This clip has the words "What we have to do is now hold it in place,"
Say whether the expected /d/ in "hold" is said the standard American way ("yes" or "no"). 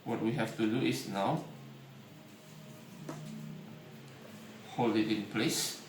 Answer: no